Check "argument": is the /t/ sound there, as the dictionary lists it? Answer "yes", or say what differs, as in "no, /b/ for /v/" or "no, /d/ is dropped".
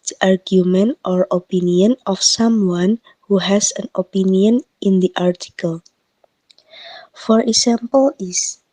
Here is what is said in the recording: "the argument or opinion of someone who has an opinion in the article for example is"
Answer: yes